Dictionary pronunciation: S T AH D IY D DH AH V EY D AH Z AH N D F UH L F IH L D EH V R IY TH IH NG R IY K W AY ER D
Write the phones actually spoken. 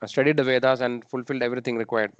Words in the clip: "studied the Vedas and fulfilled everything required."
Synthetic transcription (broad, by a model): S T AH D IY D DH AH V EY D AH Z AH N D F UH L F IH L D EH V R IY T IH NG R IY K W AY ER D